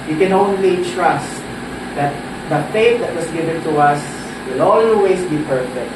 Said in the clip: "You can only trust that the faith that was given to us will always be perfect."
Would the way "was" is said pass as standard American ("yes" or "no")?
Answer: no